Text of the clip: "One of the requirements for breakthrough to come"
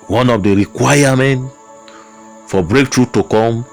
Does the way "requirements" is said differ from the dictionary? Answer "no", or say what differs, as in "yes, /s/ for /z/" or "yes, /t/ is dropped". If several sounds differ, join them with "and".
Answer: yes, /s/ is dropped